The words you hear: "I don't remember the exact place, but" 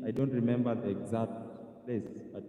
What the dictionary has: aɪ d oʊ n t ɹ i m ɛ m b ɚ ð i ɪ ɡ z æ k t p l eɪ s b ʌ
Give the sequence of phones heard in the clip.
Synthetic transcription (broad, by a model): aɪ d oʊ n t ɹ i m ɛ m b ɚ ð i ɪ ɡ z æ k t p l eɪ s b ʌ